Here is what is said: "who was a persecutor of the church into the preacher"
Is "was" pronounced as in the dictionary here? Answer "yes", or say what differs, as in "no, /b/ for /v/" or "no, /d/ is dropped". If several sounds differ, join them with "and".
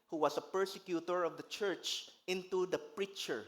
no, /s/ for /z/